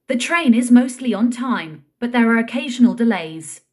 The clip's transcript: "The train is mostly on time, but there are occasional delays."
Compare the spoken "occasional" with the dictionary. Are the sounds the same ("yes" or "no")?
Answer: yes